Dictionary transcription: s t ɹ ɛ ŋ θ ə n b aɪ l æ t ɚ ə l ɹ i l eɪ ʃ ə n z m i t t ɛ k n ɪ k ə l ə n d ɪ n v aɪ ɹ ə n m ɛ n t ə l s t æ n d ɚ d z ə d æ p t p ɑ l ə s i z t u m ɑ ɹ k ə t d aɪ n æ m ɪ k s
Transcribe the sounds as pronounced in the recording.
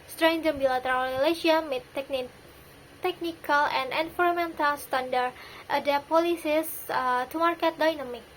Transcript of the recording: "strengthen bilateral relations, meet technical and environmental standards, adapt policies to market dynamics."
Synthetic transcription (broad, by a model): s t ɹ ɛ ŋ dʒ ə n b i l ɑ t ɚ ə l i l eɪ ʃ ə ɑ m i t t ɛ k n ɪ k ə l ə n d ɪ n f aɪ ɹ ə m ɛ n t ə l s t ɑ n d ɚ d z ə d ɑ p p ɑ l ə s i s t u m ɑ ɹ k ə t d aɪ n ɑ m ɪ k